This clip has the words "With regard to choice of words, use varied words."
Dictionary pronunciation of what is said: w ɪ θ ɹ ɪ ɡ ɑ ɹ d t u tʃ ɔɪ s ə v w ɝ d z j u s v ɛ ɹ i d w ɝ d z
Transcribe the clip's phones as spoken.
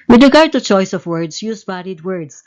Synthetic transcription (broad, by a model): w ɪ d ɹ ɪ ɡ ɑ ɹ d t u tʃ ɔɪ s ə v w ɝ d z j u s b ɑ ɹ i d w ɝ d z